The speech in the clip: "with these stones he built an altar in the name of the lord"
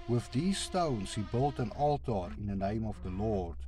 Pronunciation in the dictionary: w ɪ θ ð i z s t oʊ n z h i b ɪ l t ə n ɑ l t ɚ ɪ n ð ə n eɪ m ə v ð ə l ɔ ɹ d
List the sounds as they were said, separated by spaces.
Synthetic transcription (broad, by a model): w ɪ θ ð i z s t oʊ n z h i b ɪ l t ə n ɑ l t ɚ ɪ n ð ə n eɪ m ə v ð ə l ɔ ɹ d